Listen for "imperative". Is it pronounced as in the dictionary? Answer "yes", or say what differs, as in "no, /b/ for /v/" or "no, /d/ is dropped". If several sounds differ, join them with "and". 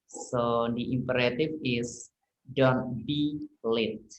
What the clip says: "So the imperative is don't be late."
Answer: no, /f/ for /v/